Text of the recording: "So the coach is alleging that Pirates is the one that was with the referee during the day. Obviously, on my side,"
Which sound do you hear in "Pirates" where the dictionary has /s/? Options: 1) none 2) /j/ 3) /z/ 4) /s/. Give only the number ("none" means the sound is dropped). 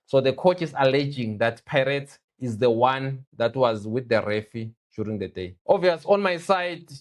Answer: 1